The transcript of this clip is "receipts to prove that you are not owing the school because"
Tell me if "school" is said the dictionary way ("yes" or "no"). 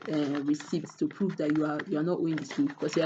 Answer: no